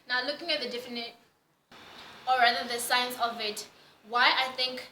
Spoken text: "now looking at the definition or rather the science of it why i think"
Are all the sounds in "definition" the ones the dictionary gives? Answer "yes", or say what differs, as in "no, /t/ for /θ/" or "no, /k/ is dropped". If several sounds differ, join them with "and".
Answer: no, /ʃ/ is dropped